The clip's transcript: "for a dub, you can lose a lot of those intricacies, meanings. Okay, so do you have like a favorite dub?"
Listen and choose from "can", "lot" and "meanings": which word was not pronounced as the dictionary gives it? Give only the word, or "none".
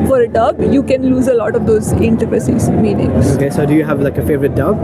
meanings